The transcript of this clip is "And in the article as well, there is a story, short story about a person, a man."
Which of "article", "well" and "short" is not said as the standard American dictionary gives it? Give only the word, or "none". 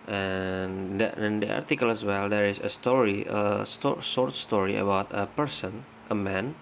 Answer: short